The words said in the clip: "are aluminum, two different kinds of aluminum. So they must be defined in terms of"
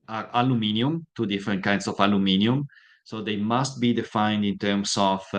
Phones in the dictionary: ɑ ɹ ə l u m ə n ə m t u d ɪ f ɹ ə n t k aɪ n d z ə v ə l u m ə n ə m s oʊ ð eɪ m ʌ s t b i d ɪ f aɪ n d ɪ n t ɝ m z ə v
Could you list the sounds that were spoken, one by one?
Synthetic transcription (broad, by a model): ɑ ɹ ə l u m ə n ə m t u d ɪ f ɹ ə n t k aɪ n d s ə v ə l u m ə n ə m s oʊ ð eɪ m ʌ s t b i d ɪ f aɪ n d ɪ n t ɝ m s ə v